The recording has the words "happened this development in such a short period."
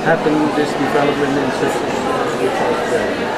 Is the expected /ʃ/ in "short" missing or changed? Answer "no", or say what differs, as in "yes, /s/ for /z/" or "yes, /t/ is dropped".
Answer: yes, /s/ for /ʃ/